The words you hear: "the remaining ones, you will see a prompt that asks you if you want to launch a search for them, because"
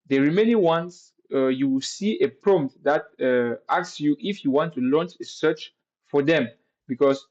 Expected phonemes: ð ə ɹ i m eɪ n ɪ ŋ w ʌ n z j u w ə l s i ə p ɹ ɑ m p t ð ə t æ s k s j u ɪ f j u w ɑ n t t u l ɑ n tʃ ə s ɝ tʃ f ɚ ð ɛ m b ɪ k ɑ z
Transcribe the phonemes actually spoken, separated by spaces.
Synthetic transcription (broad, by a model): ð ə ɹ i m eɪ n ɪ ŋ w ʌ n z j u w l s i ə p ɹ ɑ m t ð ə t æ k s j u ɪ f j u w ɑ n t t u l ɑ n tʃ ə s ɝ tʃ f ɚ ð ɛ m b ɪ k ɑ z